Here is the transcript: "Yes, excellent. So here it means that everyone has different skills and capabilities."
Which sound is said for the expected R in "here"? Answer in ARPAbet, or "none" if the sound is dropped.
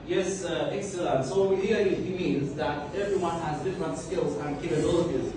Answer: L